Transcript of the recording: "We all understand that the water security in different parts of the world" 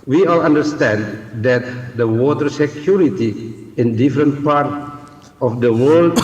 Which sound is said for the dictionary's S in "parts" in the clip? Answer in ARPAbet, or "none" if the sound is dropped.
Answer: none